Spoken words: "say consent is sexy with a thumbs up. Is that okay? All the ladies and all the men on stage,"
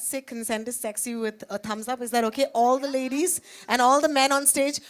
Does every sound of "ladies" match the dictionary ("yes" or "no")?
yes